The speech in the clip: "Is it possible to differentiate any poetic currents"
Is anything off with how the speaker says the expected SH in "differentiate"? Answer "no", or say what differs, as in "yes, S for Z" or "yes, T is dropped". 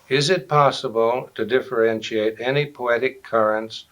no